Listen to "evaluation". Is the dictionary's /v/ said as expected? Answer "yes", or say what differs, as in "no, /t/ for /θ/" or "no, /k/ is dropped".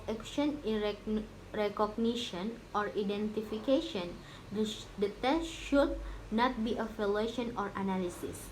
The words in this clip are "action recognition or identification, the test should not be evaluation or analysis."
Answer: no, /f/ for /v/